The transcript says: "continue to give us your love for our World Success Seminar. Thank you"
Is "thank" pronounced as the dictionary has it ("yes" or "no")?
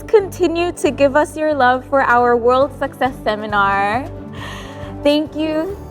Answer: yes